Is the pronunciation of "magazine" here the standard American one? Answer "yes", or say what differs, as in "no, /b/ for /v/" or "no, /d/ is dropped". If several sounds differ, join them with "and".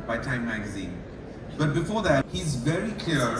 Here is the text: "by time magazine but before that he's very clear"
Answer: yes